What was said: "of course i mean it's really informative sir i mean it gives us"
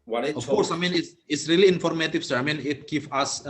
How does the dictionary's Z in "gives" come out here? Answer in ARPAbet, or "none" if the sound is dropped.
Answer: none